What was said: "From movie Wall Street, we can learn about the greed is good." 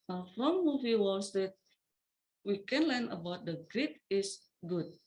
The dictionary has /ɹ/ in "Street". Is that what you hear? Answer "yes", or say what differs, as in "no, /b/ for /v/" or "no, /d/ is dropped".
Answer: no, /ɹ/ is dropped